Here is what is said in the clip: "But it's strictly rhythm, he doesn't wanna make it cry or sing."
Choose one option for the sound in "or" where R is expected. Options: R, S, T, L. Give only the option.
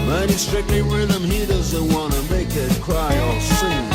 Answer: L